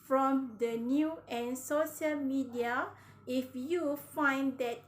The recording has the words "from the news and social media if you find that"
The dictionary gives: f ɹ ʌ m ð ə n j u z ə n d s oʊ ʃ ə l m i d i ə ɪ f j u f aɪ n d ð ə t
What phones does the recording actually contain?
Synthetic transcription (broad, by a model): f ɹ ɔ m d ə n j u ə n s oʊ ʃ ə l m i d i ə ɪ f j u f aɪ n d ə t